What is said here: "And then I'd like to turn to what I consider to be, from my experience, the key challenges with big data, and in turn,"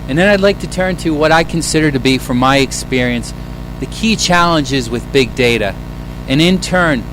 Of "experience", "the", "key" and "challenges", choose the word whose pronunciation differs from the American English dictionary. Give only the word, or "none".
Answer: none